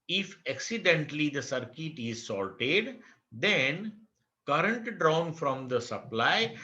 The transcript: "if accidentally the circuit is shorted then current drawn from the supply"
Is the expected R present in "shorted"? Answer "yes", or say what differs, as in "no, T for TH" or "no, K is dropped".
no, L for R